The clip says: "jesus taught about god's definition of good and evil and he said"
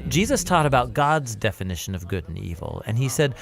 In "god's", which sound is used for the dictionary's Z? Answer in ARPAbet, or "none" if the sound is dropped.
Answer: Z